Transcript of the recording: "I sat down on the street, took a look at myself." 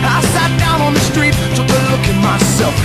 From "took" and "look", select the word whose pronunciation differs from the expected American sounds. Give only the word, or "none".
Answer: took